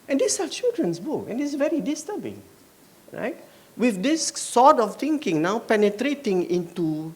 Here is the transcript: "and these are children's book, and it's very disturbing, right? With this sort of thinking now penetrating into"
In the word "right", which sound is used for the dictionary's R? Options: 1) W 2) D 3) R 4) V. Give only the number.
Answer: 3